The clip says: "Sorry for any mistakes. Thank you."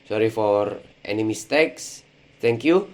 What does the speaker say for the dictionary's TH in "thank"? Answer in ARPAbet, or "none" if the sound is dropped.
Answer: T